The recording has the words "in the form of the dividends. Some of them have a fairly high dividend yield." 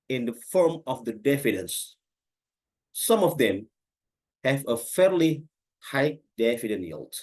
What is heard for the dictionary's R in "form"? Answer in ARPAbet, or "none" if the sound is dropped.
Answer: R